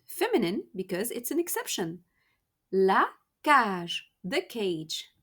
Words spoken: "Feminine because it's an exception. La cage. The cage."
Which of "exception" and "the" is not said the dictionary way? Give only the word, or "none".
none